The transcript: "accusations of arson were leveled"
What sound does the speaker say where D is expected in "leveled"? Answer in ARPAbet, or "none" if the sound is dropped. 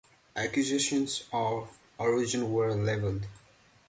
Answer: D